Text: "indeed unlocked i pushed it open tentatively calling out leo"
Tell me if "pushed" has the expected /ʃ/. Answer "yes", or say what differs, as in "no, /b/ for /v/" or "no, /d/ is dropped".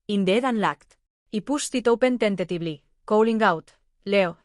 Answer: no, /s/ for /ʃ/